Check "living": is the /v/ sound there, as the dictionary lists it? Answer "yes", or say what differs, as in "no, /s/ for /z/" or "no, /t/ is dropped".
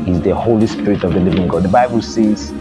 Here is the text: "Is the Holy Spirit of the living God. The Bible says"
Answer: yes